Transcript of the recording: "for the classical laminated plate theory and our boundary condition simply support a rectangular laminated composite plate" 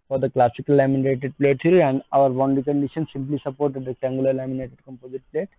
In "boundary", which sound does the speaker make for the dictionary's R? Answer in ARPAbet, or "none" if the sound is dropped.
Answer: none